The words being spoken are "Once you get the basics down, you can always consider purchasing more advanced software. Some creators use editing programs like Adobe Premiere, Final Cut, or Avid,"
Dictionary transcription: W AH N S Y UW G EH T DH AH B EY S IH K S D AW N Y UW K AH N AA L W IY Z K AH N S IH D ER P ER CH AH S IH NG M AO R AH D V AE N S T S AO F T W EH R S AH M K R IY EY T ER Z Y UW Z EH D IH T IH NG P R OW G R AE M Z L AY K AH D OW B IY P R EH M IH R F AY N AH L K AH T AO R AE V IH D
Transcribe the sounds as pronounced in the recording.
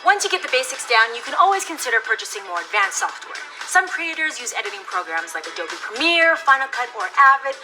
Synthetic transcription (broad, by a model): W AH N S Y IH G EH T DH AH B EY S IH K S D AW N Y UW K AH N AA L W IY Z K AH N S IH D ER P ER CH AH S IH NG M AO R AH D V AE N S S AO F T W EH R S AH M K R IY EY T ER Z Y UW Z EH D IH T IH NG P R OW G R AE M Z L AY K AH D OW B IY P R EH M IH R F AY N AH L K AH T AO R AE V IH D